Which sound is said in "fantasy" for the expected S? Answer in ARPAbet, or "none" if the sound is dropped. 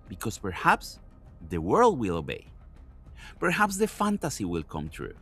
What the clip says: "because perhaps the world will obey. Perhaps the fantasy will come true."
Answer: S